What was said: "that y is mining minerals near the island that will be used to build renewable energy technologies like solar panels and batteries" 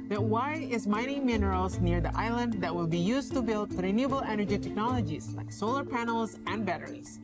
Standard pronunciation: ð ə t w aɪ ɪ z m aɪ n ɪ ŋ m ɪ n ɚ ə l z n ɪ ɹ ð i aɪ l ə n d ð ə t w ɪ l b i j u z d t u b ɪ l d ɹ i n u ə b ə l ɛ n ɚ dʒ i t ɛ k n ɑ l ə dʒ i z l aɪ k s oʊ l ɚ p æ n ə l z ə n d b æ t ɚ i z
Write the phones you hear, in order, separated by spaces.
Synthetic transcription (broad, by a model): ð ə t w aɪ ɪ z m aɪ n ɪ m ɪ n ɚ ə l z n ɪ ɹ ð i aɪ l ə n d ð ə t w ɪ l b i j u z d t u b ɪ l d ɹ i n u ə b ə l ɛ n ɚ dʒ i t ɛ k n ɑ l ə dʒ i z l aɪ k s oʊ l ɚ p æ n l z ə n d b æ t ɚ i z